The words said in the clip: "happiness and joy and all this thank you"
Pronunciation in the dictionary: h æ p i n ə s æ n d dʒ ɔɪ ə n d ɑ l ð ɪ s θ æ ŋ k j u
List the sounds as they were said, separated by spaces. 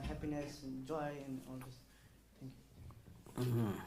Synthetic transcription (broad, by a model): h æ p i n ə s dʒ ɔɪ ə n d ɑ l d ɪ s t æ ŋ k j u